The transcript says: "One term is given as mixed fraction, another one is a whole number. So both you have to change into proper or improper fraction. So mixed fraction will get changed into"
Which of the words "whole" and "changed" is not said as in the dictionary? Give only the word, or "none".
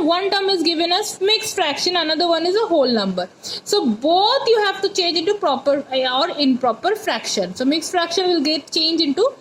changed